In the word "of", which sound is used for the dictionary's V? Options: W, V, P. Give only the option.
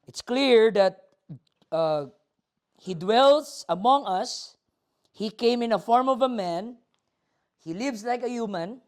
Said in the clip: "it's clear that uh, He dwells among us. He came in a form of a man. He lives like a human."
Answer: V